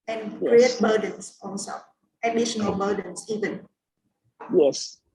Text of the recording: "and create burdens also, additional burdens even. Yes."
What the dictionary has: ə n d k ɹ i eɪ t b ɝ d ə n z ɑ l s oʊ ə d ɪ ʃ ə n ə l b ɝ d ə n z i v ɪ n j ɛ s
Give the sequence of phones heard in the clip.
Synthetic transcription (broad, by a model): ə n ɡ ɹ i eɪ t b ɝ d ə n s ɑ n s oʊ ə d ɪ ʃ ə n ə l b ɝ d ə n s i v ɪ n j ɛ s